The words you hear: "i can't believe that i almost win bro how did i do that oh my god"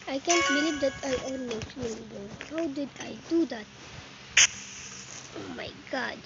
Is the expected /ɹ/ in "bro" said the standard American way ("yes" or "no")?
no